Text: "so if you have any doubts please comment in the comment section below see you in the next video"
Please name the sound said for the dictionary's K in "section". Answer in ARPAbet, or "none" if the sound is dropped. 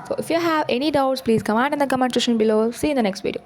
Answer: none